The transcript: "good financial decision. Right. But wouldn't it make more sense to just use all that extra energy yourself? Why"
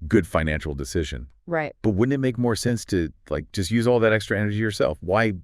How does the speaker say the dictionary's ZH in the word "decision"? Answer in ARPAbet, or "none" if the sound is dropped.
ZH